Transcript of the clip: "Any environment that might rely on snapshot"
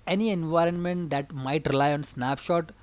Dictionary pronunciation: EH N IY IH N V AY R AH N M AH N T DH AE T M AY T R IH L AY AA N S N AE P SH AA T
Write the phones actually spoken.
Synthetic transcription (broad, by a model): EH N IY IH N V AY R AH N M AH N T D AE T M AY T R IH L AY AA N S N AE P SH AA T